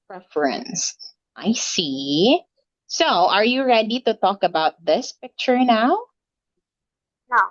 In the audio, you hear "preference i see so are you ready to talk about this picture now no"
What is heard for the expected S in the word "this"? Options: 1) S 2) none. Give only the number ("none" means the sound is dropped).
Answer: 1